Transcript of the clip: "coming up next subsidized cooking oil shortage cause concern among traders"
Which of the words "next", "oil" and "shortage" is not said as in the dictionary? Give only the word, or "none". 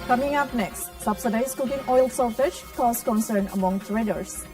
shortage